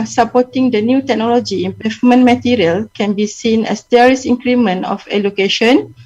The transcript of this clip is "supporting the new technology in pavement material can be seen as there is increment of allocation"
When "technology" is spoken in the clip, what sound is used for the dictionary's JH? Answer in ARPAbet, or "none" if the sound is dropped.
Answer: JH